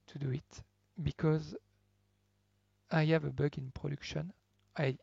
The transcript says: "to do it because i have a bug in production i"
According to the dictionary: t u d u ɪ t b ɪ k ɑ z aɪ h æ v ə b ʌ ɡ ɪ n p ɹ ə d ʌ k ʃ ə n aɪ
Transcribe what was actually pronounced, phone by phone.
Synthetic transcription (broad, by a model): t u d u ɪ t b ɪ k ɑ z aɪ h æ v ə b ʌ ɡ ɪ n p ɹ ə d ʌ k ʃ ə n aɪ